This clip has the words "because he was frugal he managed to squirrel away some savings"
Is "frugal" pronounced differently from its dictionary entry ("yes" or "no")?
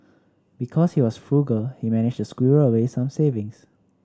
no